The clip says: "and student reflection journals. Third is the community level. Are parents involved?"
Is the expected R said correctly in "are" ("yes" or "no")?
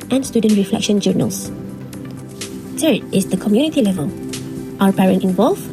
no